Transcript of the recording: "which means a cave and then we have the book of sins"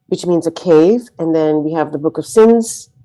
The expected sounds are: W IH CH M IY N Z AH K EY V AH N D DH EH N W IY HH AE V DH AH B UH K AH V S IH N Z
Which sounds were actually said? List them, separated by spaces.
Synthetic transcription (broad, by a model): W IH CH M IY N Z AH K EY V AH N DH EH N W IY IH V DH AH B UH K AH V S IH N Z